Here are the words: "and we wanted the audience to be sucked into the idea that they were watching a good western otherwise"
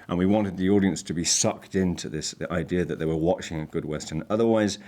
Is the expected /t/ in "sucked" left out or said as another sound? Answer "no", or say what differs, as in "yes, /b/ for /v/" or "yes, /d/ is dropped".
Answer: no